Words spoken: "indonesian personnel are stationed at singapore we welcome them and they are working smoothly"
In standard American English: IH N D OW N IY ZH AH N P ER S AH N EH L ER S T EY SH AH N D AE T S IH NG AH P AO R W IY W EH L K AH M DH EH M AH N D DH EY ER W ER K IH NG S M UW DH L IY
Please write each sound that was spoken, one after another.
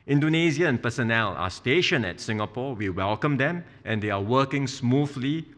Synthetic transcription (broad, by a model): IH N D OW N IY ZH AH N P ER S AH N EH L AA S T EY SH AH N EH T S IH NG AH P AO W IY W EH L K AH M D EH M AH N D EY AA W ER K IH NG S M UW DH L IY